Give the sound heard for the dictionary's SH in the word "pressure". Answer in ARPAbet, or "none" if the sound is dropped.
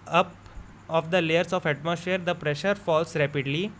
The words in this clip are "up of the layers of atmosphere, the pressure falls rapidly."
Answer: SH